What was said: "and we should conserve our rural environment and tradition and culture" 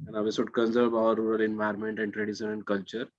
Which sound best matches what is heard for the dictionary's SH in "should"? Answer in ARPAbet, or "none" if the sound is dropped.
S